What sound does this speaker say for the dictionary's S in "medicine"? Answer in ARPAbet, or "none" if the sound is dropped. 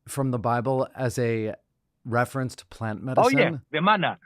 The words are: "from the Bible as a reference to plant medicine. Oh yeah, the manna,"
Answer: none